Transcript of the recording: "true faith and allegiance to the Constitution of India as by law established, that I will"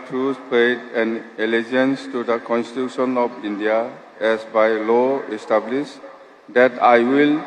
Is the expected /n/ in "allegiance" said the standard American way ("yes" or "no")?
yes